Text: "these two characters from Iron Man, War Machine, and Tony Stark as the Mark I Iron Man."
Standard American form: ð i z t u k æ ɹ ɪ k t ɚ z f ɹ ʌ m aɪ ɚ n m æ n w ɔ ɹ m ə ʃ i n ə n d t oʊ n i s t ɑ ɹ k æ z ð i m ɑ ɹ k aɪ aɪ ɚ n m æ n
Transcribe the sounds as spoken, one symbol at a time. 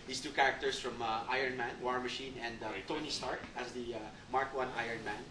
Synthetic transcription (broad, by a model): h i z t u k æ ɹ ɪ k t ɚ s f ɹ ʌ m aɪ ɚ n m æ n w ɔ ɹ m ə ʃ i n ə n d t oʊ n i s t ɑ ɹ k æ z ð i m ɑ ɹ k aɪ aɪ ɚ n m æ n